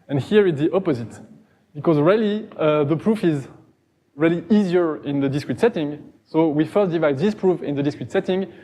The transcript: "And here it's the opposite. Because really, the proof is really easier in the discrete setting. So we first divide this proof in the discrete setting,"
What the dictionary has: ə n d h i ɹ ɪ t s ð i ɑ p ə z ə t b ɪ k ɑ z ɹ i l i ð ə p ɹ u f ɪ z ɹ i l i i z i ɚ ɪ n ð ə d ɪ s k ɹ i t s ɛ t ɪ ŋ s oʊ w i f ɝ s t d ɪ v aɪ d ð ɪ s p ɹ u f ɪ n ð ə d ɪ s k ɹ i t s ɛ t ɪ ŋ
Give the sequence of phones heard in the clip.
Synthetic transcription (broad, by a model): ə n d h i ɹ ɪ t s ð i ɑ p ə z ə t b ɪ k ɑ z ɹ i l i ð ə p ɹ u f ɪ z ɹ i l i i z i ɚ ɪ n ð ə d ɪ s k ɹ i t s ɛ t ɪ ŋ s oʊ w i f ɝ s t d ɪ v aɪ d ð ɪ s p ɹ u f ɪ n ð ə d ɪ s k ɹ i t s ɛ t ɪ ŋ